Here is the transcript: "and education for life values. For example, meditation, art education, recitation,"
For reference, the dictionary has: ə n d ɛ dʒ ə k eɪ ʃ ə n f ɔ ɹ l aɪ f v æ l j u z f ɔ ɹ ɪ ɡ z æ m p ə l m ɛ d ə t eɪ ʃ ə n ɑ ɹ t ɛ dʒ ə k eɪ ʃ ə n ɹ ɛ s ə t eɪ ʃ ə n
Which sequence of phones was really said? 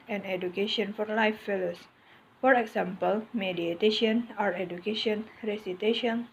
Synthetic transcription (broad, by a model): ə n ɛ dʒ ə k eɪ ʃ ə n f ɔ ɹ l aɪ f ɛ l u s f ɔ ɹ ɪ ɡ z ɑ m p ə l m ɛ d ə t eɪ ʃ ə n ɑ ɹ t ɛ dʒ ə k eɪ ʃ ə n ɹ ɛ s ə t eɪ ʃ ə n